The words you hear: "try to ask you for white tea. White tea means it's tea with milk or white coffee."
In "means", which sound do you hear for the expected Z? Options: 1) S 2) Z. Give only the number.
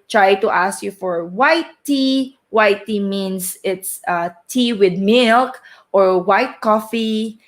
1